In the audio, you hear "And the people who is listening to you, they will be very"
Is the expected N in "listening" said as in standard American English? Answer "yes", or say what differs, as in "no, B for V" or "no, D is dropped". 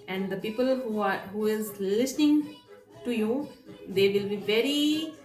yes